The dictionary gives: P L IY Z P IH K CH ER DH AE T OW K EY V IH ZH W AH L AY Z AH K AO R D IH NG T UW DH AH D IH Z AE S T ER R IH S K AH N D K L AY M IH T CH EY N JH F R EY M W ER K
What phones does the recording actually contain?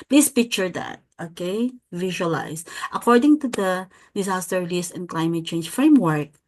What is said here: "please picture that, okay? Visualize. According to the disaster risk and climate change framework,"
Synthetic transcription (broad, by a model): P L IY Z P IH K CH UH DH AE T OW K EY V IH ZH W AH L AY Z AH K AO R D IH NG T UW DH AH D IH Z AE S T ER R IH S AH N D K L AY M IH T CH EY N JH F R EY M W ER K